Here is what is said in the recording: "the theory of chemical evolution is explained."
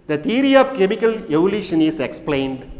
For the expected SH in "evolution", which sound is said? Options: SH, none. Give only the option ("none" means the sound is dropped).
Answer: SH